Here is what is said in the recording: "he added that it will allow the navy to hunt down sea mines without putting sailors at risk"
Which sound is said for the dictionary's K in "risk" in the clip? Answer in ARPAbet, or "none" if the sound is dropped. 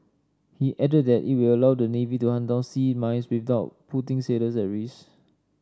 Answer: none